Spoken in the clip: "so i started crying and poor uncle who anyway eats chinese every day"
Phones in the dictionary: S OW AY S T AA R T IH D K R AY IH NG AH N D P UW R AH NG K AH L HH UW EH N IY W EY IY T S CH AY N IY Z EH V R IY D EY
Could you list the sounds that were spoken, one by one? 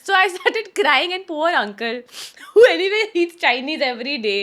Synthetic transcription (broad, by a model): S OW AY S T AA R T IH D K R AY IH NG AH N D P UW R AH NG K AH L HH UW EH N IY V EY IY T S CH AY N IY Z EH V R IY D EY